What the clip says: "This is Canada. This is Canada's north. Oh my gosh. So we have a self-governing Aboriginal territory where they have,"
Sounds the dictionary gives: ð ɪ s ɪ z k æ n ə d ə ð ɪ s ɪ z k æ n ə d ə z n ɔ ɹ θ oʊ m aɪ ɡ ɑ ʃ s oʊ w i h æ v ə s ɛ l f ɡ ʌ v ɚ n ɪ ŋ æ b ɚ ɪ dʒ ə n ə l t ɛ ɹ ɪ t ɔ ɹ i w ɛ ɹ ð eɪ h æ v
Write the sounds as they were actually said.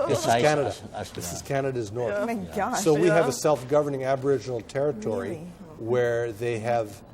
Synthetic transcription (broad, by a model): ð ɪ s ɪ z k æ n ə d ə ð ɪ s ɪ z k æ n ə d ə z n ɔ ɹ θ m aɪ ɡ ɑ s oʊ w i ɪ v ə s ɛ l f ɡ ʌ v ɚ n ɪ ŋ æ b ɚ ɪ dʒ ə n l t ɛ ɹ ɪ t ɔ ɹ i w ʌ ɹ ð eɪ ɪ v